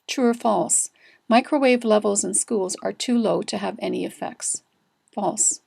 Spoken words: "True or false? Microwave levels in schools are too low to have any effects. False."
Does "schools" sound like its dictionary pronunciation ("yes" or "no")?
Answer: yes